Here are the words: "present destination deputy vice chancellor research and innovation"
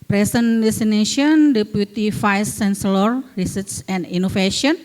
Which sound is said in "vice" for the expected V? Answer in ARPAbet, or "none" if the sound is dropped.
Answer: F